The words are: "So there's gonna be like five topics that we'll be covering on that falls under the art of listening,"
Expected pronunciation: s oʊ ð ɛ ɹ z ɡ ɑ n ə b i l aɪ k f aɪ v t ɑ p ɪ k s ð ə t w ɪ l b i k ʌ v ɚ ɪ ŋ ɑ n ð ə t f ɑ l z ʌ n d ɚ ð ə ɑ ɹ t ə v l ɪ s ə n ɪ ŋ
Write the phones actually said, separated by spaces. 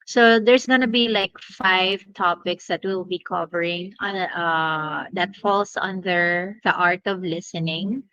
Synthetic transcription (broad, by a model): s oʊ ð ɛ ɹ s ɡ ɑ n ə b i l aɪ k f aɪ v t ɑ p ɪ k s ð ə t w ɪ l b i k ʌ v ɚ ɪ ŋ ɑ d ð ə t f ɑ l s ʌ n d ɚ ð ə ɑ ɹ t ə v l ɪ s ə n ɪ ŋ